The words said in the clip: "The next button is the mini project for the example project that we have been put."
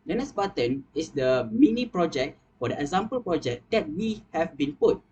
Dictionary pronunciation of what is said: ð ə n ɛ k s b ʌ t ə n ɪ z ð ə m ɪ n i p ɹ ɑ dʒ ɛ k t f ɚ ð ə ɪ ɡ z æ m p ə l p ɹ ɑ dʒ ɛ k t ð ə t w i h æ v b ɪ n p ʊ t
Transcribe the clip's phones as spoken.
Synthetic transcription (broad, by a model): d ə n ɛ s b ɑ t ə n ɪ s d ə m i n i p ɹ ɑ dʒ ɛ k t f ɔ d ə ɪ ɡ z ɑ m p ə l p ɹ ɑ dʒ ɛ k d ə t w i h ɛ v b ɪ n p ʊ t